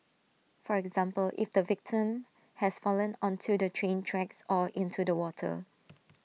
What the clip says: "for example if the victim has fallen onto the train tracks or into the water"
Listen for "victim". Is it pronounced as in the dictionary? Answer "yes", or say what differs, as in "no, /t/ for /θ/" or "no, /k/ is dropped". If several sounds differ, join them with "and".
yes